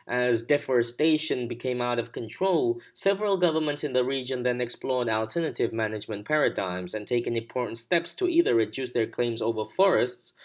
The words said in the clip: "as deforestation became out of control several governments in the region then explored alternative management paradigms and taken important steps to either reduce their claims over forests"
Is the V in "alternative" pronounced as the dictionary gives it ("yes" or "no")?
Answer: yes